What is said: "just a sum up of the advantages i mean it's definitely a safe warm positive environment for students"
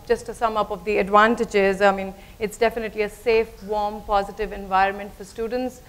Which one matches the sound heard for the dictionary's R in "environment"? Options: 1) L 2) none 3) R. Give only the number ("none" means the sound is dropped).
3